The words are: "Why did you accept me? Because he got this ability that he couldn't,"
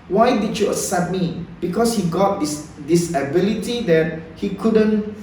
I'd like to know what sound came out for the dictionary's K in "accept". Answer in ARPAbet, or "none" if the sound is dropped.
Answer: none